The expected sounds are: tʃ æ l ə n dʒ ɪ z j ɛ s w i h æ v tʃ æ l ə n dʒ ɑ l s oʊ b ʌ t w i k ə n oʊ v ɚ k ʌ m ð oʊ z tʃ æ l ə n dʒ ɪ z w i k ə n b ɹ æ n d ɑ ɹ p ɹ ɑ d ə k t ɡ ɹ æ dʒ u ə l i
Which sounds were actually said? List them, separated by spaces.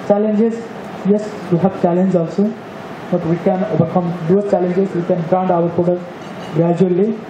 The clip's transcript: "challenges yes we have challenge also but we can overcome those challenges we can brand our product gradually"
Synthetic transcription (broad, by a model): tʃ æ l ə n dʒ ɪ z j ɛ s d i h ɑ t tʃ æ l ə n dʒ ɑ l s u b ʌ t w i k ə n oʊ b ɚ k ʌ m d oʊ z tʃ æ l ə n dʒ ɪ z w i k ə n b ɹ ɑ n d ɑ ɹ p ɑ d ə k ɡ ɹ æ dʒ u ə l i